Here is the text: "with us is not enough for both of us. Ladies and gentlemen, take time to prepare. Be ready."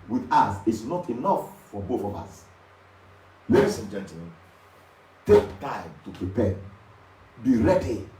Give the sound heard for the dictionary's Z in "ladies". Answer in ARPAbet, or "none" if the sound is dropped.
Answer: S